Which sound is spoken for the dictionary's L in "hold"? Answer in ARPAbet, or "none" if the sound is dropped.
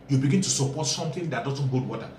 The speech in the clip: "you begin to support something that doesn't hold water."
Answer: none